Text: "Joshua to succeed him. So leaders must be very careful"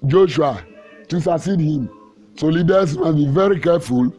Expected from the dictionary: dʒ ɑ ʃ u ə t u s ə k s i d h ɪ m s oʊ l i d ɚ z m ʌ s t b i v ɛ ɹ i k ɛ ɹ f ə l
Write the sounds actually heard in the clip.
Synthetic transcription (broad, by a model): dʒ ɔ ʃ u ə t u s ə s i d h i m s oʊ l i d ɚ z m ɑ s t b i v ɛ ɹ i k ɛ f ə l